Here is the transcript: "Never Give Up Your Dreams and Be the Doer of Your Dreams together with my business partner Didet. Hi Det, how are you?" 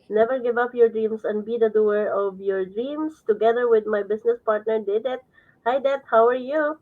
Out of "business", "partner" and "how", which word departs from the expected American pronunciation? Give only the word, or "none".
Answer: business